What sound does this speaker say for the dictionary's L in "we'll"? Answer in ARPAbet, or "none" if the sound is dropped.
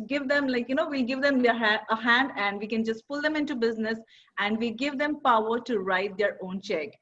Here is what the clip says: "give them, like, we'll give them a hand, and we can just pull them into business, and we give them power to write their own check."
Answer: N